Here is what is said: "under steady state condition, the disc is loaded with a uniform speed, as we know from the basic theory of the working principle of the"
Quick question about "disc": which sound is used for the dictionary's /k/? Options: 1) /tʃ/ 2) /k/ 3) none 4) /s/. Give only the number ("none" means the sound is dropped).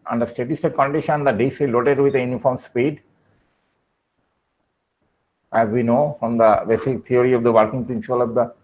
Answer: 3